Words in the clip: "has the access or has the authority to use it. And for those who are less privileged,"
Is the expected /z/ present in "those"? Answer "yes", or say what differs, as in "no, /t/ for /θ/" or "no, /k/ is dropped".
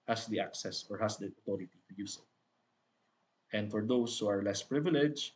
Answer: no, /s/ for /z/